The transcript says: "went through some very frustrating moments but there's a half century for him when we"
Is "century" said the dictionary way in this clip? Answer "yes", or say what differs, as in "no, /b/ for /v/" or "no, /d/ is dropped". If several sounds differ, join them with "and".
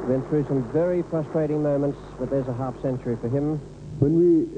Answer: yes